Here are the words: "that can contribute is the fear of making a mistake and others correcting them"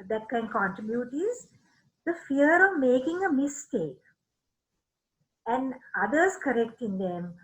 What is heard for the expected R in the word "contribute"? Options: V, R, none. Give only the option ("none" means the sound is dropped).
none